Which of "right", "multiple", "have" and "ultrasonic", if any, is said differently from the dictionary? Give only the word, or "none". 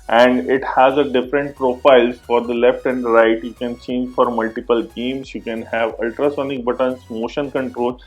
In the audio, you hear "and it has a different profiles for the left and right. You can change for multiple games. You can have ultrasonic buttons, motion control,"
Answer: none